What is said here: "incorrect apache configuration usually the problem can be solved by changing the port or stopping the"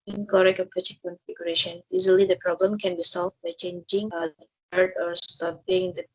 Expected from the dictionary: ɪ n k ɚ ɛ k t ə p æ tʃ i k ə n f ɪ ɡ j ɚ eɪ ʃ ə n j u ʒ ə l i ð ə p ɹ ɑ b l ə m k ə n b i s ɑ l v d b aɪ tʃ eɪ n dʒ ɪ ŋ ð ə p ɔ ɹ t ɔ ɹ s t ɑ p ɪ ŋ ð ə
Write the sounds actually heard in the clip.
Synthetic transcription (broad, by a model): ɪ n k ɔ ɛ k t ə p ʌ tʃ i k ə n f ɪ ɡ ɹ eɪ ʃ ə n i z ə l i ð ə p ɹ ɑ b l ə m k ə n b i s ɑ l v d b aɪ tʃ eɪ n dʒ ɪ ŋ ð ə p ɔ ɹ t ɔ ɹ s t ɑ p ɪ ŋ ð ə